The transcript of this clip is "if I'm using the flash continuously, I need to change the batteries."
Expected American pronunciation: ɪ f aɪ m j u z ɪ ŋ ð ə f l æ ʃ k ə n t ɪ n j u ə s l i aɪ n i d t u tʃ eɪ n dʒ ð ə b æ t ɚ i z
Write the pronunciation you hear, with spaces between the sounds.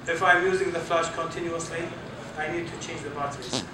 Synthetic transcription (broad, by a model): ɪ f aɪ m j u z ɪ ŋ ð ə f l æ ʃ k ə n t ɪ n j u ə s l i aɪ n i d t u tʃ eɪ n dʒ ð ə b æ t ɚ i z